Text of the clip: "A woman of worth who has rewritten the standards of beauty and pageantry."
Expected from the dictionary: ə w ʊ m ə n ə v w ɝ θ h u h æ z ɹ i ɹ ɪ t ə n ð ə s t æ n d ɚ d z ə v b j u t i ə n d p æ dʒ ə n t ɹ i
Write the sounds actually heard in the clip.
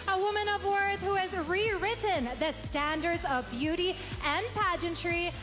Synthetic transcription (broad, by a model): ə w ʊ m ə n ə v w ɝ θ h u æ z ɹ i ɹ ɪ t n ð ə s t æ n d ɚ d z ə v b j u t i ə n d p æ dʒ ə n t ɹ i